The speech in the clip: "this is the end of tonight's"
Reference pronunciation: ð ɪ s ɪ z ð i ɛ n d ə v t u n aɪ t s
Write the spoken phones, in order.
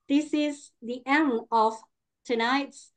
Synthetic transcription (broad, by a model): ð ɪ s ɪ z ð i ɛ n ə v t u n aɪ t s